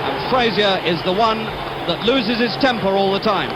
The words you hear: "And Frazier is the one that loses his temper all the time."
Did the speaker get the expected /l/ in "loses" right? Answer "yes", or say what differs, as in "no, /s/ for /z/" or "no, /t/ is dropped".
yes